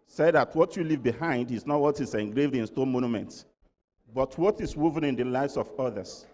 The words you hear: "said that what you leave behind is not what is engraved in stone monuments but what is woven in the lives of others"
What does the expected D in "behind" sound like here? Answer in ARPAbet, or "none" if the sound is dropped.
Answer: D